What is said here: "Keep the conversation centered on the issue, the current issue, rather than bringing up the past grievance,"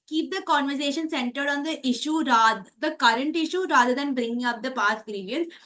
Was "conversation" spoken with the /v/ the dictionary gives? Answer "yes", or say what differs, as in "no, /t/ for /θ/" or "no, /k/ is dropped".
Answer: yes